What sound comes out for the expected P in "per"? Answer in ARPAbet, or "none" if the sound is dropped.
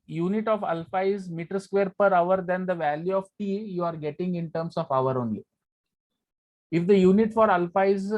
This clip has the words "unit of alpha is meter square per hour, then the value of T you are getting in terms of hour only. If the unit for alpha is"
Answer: P